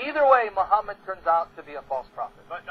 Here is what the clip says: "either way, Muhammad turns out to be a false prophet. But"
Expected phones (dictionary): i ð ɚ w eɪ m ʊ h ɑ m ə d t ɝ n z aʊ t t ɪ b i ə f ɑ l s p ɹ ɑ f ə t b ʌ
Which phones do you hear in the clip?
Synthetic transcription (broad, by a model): i ð ɚ w eɪ m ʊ h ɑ m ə d t ɝ n z aʊ t t ɪ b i ə f ɑ l s p ɹ ɑ f ə t